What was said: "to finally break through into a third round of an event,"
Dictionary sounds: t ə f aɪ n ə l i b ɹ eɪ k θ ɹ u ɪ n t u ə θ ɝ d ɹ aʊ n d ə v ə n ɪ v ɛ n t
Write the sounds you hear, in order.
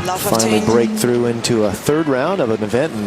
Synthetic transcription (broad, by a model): f aɪ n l i b ɹ eɪ k θ ɹ u ɪ n t u ə θ ɝ d ɹ aʊ n d ə v ə n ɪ v ɛ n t